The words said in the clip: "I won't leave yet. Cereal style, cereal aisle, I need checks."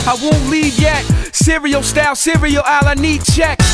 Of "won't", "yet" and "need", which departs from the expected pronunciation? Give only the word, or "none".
none